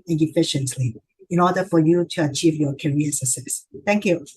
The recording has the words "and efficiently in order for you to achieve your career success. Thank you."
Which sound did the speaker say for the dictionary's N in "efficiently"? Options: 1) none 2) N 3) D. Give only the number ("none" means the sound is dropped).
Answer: 2